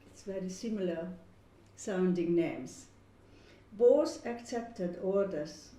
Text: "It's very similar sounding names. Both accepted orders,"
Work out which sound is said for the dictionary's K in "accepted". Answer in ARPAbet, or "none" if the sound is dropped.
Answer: K